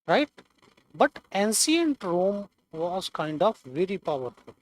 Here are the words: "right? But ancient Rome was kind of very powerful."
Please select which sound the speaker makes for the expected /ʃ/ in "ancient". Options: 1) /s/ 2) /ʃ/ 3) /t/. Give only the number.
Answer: 1